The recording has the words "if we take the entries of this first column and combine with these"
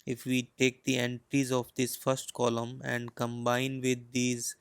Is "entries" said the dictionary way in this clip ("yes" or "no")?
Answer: yes